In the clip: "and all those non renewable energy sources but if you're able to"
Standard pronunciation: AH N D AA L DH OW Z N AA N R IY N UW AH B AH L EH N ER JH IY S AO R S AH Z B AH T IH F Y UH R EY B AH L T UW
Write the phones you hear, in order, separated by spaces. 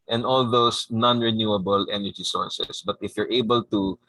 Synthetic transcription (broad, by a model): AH N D AA L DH OW S N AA N R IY N UW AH B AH L EH N ER JH IY S AO R S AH S B AH T IH F Y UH R EY B AH L T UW